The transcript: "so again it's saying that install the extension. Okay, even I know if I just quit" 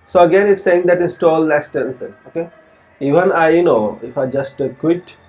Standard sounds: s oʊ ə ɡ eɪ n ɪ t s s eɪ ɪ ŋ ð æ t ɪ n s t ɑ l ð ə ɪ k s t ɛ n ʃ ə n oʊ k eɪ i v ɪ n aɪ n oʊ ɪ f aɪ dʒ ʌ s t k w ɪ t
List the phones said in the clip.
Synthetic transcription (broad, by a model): s oʊ ə ɡ eɪ n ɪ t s s eɪ ɪ ŋ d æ t ɪ n s t ɑ l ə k s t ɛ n s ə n oʊ k eɪ i v ɪ n aɪ n oʊ ɪ f aɪ dʒ ʌ s t k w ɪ t